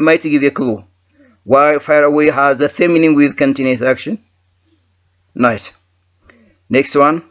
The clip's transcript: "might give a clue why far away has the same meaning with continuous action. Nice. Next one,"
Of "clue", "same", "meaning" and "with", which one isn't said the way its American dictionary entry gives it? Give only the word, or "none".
same